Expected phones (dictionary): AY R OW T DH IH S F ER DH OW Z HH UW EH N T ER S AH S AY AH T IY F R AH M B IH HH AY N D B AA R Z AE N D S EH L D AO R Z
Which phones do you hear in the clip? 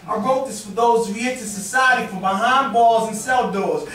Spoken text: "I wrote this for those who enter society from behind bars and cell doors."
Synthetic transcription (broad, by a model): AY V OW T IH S F ER DH OW Z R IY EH T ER S AH S AY AH T IY F R AH M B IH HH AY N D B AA L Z N S EH L D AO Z